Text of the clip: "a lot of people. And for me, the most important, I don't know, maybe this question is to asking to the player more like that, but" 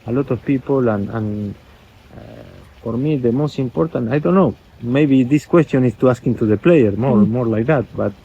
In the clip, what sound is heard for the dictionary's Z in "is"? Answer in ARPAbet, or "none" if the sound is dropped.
S